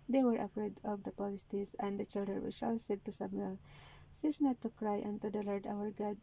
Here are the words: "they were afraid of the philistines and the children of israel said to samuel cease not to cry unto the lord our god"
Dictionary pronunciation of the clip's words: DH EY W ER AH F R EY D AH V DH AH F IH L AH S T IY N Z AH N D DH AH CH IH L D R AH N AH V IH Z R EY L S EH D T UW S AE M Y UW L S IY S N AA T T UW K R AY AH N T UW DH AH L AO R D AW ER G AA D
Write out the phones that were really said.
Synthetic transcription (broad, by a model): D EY W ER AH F R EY D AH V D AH P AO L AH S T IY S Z AH N D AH CH IH L D R AH N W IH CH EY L S EH D T UW S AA M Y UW L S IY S N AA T T UW K R AY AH N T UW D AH L AO R D AW ER G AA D